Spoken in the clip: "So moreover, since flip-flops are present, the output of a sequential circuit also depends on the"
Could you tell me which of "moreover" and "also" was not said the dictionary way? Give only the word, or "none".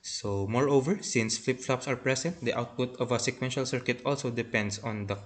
none